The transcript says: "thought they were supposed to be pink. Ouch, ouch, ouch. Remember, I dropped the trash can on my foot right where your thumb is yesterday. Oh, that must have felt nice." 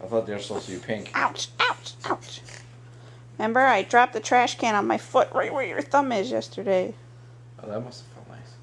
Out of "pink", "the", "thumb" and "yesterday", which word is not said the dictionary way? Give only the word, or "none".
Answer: none